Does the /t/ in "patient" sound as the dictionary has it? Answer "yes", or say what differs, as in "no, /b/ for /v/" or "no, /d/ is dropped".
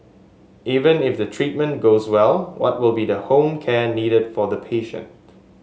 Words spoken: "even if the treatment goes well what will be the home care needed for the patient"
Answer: yes